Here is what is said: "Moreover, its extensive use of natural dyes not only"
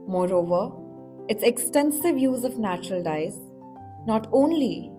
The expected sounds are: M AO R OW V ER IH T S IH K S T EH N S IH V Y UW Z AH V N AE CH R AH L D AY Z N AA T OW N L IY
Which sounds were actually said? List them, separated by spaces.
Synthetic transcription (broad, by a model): M AO R OW V ER IH T S IH K S T EH N S IH V Y UW Z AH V N AE CH R AH L D AY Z N AA T OW N L IY